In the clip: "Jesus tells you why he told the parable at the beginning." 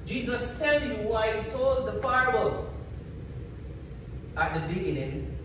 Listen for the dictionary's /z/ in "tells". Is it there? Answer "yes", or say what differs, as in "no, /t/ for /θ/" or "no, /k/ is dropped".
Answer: no, /z/ is dropped